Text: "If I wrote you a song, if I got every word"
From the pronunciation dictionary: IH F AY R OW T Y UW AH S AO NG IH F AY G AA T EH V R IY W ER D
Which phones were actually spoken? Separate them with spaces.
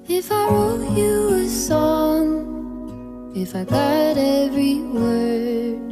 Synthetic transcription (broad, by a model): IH F AY W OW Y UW AH S AO NG IH F AY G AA T EH V R IY W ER